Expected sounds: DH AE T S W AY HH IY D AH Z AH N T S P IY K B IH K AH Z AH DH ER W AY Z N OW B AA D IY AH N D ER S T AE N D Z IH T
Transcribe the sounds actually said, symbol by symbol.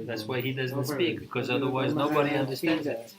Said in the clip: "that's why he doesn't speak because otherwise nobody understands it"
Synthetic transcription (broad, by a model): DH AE T S W AY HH IY D AH Z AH N T S P IY K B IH K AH Z AH DH ER W AY Z N OW B AA D IY AH N D ER S T AE N D Z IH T